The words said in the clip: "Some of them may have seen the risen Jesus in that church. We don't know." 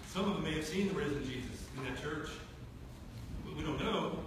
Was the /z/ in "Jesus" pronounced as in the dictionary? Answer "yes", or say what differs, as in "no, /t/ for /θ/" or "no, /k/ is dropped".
yes